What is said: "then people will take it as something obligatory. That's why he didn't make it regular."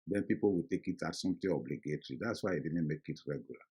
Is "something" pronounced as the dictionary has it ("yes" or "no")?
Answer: no